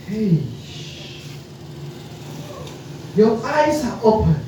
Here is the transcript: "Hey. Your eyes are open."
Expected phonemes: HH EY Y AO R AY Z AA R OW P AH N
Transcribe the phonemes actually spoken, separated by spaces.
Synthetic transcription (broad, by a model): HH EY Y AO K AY S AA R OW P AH